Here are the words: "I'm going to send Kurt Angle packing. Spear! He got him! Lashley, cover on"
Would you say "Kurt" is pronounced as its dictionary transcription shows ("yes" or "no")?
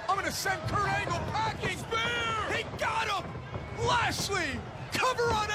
no